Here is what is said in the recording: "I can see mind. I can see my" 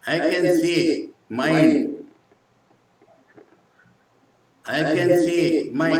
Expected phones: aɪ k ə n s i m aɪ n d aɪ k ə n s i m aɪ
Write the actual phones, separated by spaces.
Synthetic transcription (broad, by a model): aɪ k ə n s i m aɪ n aɪ k ə n s i m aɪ